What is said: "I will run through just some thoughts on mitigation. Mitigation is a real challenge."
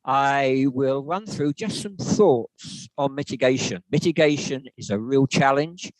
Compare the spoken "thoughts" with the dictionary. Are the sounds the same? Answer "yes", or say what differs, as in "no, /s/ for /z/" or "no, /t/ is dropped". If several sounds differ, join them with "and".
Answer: yes